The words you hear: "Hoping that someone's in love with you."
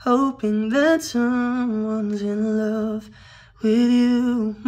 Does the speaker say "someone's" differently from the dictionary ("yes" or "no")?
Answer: no